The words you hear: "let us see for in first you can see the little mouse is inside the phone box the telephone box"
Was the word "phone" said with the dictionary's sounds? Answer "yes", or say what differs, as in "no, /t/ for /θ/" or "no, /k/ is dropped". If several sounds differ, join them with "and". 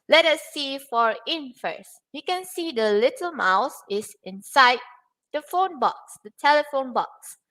yes